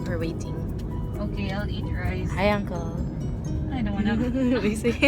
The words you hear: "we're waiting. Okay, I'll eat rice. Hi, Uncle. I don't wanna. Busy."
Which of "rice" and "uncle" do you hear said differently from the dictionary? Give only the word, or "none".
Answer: rice